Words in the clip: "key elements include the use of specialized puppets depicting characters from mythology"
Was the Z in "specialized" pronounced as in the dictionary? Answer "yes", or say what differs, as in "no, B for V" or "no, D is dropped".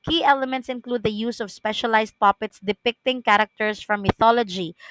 no, S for Z